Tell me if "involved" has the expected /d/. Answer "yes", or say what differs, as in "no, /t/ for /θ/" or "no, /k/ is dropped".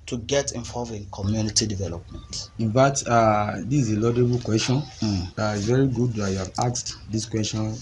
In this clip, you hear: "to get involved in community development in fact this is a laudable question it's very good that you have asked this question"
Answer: no, /d/ is dropped